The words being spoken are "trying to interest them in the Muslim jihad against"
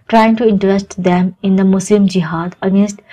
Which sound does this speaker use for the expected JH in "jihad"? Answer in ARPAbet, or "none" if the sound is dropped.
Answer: JH